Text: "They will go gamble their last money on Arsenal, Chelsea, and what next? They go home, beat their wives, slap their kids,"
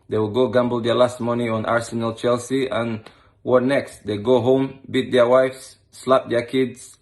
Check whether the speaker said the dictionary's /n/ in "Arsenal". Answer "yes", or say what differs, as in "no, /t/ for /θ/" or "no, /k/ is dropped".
yes